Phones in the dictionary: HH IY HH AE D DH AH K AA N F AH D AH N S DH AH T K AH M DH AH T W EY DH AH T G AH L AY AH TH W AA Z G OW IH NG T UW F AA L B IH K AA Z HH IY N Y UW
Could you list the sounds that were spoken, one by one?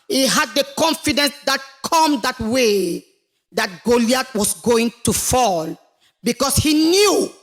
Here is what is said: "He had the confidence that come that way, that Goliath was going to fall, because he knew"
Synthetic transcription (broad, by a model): HH IY HH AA D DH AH K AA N F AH D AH N S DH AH T K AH M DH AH T W EY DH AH T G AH L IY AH T W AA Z G OW IH NG T UW F AA L B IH K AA S HH IY N Y UW